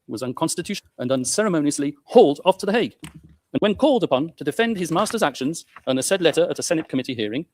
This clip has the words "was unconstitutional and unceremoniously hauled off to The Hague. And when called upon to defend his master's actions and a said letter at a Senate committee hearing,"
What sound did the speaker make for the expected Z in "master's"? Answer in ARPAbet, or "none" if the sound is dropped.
Z